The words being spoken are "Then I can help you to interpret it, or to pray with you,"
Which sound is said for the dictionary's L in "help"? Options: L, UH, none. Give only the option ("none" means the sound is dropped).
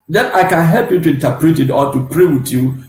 L